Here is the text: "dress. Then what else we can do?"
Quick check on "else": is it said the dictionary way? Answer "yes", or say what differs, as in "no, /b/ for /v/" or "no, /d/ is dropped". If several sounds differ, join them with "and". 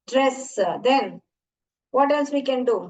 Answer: no, /n/ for /l/